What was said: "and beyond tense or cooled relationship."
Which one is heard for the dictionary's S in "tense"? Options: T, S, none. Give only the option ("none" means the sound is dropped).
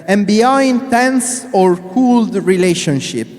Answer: S